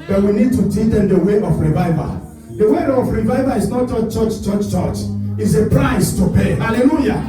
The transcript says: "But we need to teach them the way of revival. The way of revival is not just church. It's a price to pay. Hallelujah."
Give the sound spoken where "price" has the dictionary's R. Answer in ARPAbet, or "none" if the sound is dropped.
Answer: R